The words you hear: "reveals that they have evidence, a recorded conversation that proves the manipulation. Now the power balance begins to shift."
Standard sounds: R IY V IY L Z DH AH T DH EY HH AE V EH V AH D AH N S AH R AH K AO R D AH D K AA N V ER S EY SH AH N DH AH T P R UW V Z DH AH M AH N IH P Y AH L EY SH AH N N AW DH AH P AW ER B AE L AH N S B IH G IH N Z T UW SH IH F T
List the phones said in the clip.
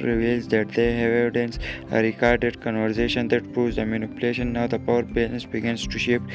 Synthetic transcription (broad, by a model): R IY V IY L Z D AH T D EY HH EH V AH D AH N S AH R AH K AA R D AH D K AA N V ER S EY SH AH N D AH T P R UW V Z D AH M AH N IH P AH L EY SH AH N N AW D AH P AW ER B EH N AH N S B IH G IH N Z T UW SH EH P